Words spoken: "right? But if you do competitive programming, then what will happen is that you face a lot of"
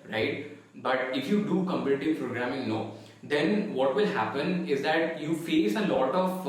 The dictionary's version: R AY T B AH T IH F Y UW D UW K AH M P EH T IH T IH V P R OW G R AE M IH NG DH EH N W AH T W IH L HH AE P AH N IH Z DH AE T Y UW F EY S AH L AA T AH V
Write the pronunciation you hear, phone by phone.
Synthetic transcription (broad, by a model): R AY T B AH T IH F Y UW D UW K AH M P EH T IH T IH V P R OW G R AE M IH NG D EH N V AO T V IH L HH AE P AH N IH Z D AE T Y UW F EY S AH L AA T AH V